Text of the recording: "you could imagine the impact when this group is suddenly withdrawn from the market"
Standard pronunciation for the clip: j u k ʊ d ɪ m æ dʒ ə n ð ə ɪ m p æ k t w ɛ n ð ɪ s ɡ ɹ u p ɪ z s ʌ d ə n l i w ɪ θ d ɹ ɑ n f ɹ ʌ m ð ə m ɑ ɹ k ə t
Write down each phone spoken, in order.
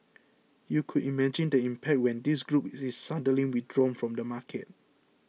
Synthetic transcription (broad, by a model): j u k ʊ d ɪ m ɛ dʒ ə n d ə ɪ m p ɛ k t w ɛ n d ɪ s ɡ ɹ u p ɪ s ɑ d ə l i w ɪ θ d ɹ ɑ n f ɹ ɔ m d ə m ɑ k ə t